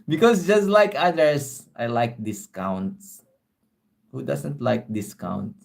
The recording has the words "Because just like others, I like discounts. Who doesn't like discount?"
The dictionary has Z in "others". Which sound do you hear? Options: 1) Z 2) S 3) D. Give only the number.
2